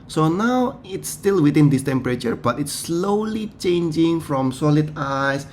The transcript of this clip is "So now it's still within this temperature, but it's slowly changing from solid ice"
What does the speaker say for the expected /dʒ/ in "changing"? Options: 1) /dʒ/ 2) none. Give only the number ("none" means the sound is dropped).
1